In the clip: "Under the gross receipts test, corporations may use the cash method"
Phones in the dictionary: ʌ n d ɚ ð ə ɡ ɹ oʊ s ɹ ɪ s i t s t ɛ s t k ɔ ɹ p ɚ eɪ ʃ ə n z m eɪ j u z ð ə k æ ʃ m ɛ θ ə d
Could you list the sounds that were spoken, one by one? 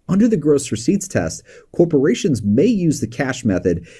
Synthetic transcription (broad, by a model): ʌ n d ɚ ð ə ɡ ɹ oʊ s ɹ ɪ s i t s t ɛ s t k ɔ ɹ p ɚ eɪ ʃ ə n z m eɪ j u z ð ə k æ ʃ m ɛ θ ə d